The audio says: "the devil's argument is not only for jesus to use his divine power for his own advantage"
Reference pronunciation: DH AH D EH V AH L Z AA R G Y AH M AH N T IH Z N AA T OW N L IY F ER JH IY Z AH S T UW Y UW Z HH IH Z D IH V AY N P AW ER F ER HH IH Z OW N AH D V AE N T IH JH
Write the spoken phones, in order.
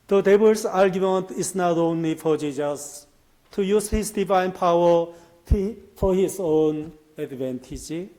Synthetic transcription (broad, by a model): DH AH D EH B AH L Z AA R G Y AH M AH N T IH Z N AA T OW N L IY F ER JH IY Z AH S T UW Y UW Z HH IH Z D IH V AY N P AW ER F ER HH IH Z OW N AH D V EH N T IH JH